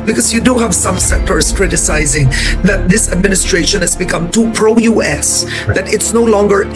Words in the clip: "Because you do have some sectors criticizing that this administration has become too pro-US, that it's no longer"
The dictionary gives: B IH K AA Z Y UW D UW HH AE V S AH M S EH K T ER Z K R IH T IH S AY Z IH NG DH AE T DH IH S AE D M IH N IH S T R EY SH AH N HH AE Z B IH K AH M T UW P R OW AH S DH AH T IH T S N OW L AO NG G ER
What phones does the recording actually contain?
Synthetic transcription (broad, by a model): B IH K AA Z Y UW D UW HH AE V S AH M S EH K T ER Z K R IH T IH S AY Z IH NG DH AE T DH IH S AE D M IH N IH S T R EY SH AH N HH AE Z B IH K AH M T UW P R OW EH S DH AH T IH T S N OW L AO NG G ER